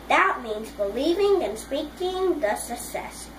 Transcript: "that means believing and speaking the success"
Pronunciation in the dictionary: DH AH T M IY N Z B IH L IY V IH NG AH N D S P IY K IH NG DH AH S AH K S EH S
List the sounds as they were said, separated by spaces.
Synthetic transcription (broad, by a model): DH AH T M IY N Z B IH L IY V IH NG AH N S P IY K IH NG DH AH S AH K S EH S